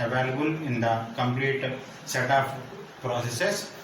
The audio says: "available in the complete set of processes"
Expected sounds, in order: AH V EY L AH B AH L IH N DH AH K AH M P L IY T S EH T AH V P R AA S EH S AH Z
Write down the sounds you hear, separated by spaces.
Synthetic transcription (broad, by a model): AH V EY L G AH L IH N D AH K AH M P L IY T S EH T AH P P R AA S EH S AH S